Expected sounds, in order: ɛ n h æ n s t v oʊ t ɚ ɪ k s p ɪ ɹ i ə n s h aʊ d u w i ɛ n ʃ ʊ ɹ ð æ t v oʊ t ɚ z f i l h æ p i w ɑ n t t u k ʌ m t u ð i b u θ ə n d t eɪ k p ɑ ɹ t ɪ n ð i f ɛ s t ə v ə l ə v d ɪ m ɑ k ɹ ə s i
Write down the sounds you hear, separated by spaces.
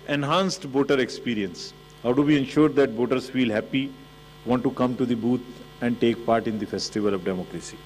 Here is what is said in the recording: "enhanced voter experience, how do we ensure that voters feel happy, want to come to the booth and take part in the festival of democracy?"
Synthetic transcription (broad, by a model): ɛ n h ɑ n s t b oʊ t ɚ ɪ k s p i ɹ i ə n s h aʊ d u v i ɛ n ʃ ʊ ɹ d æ t b oʊ t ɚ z f i l h æ p i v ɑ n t t u k ʌ m t u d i b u t ə n d t eɪ k p ɑ ɹ t ɪ n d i f ɛ s t ə v ə l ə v d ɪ m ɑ k ɹ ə s i